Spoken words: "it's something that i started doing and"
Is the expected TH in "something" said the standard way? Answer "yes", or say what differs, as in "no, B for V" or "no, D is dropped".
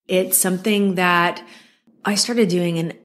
yes